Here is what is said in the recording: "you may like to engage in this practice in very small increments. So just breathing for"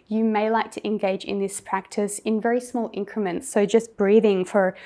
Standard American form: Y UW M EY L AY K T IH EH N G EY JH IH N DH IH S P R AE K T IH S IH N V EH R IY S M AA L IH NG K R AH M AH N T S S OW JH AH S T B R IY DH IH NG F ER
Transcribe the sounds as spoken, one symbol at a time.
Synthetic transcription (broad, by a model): Y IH M EY L AY K T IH EH N G EY JH IH N DH IH S P R AE K T IH S IH N V EH R IY S M AA L IH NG K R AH M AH N T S S OW JH AH S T B R IY DH IH NG F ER